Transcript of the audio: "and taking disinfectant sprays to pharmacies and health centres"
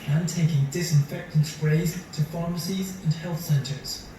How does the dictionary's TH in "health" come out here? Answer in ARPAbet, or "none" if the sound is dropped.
TH